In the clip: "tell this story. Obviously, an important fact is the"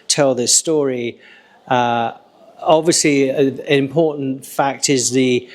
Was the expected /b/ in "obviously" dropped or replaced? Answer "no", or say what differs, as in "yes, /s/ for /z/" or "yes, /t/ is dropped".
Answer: no